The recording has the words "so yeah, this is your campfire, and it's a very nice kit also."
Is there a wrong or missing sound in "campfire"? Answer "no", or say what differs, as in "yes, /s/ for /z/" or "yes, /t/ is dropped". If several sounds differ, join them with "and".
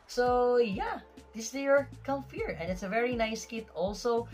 yes, /p/ is dropped